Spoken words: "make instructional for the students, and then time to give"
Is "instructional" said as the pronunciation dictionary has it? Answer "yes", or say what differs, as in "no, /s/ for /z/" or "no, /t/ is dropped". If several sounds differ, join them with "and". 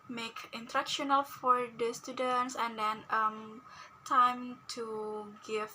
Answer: no, /s/ is dropped